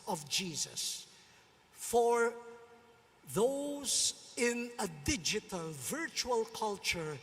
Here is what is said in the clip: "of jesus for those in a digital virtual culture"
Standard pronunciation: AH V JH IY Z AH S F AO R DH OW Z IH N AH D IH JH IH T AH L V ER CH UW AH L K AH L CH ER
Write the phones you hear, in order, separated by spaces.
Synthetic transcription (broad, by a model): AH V JH IY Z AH S F AO R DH OW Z IH N AH D IH JH IH T AH L V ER CH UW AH L K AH L CH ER